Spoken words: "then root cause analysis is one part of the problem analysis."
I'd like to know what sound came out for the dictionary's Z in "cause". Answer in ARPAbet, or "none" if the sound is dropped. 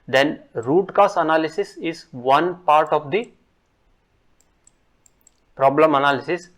S